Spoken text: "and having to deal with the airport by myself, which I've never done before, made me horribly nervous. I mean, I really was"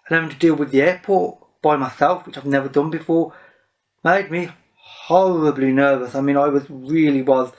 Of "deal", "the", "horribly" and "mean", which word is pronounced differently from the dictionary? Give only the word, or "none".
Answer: none